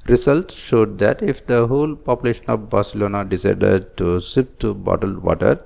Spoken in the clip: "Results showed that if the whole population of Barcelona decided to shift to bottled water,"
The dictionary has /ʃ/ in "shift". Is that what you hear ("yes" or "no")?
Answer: no